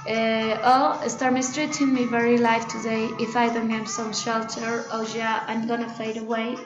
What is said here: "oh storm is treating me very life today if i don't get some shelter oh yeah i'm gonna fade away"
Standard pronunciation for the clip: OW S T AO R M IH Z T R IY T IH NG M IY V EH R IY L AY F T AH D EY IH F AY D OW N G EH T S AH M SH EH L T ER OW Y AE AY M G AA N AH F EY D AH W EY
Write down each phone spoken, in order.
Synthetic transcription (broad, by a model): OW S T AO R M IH S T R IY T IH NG M IY V EH R IY L AY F T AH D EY IH F AY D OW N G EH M S AH M SH EH L T ER OW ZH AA AY M G AA N AH F EY D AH W EY